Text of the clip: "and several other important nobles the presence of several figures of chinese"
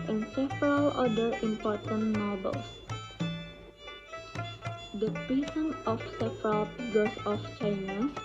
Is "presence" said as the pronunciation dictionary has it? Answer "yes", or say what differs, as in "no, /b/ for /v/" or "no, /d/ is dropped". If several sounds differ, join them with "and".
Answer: no, /s/ is dropped